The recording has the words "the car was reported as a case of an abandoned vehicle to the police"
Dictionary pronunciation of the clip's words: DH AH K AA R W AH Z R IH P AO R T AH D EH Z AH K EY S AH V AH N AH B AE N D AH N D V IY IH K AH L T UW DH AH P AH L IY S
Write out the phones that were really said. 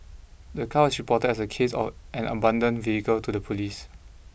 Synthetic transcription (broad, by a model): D AH K AA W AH S R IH P AO T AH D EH S AH K EY S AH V AH N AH B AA N D AH N V IY IH K AH L T UW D AH P AH L IY S